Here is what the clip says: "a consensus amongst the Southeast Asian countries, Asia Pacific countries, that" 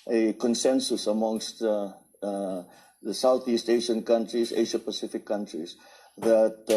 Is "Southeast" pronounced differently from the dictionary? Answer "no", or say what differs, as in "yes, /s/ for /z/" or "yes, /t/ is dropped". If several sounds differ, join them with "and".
no